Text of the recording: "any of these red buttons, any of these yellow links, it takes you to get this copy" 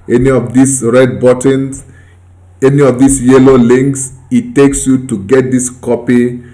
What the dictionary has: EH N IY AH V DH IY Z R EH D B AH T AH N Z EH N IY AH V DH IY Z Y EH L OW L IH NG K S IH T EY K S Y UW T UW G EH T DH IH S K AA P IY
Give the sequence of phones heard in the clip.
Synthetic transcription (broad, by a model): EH N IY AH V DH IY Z R EH D B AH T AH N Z EH N IY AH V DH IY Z Y EH L OW L IH NG K S IH T EY K S Y UW T UW G EH T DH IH S K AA P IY